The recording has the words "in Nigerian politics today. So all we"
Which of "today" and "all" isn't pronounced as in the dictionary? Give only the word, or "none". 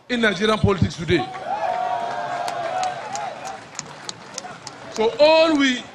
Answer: none